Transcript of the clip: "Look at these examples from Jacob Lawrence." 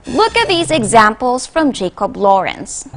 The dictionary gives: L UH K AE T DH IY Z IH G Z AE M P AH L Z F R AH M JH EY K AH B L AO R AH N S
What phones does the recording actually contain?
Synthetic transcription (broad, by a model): L UH K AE T DH IY Z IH G Z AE M P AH L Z F R AH M JH EY K AH B L AO R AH N S